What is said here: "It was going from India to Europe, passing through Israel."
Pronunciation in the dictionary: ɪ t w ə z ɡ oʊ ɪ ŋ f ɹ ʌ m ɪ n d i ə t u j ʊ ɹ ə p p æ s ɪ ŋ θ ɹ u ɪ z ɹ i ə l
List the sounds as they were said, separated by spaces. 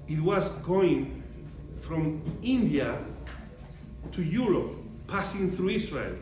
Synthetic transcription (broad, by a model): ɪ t w ə z ɡ oʊ ɪ ŋ f ɹ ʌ m ɪ n d i ə t u j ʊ ɹ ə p p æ s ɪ ŋ θ ɹ u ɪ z ɹ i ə l